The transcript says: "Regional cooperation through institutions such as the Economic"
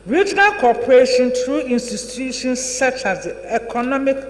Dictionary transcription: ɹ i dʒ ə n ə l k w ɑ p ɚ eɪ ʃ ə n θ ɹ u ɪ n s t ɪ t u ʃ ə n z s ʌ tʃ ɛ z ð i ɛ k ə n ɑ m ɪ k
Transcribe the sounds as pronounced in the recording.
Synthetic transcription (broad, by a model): ɹ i dʒ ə n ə l k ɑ p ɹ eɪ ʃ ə n t ɹ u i n s t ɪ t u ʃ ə n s s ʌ tʃ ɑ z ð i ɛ k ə n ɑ m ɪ k